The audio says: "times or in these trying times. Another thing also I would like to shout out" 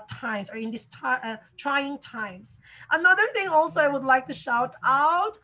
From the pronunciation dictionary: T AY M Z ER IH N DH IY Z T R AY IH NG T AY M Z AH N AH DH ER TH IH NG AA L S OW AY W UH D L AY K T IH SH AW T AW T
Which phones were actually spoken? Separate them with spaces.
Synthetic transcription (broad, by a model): T AY M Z ER IH N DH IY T T R AY IH NG T AY M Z AH N AH DH ER TH IH NG AA L S OW AY W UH D L AY K T IH SH AW T AW T